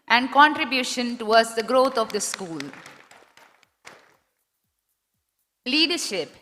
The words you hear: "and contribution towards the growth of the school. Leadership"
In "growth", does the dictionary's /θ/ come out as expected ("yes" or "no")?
no